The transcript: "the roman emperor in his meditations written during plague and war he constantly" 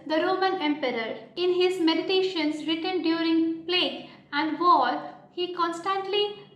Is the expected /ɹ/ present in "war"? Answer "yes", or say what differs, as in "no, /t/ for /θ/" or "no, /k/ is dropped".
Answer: no, /l/ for /ɹ/